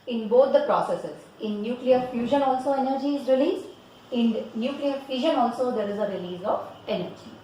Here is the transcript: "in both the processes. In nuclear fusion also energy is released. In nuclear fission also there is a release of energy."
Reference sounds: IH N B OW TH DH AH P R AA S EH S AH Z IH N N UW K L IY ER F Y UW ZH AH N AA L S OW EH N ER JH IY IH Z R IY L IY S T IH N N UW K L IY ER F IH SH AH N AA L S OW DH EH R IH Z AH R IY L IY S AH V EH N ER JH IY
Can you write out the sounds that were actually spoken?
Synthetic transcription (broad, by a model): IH N B OW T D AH P R AA S EH S AH Z IH N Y UW K L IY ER F Y UW ZH AH N AA L S OW EH N ER JH IY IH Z R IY L IY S IH N N UW K L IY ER F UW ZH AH N AA L S OW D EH R IH Z AH R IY L IY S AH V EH N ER JH IY